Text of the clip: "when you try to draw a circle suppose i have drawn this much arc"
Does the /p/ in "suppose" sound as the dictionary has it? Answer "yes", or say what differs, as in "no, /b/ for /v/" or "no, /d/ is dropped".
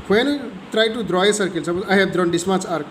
no, /b/ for /p/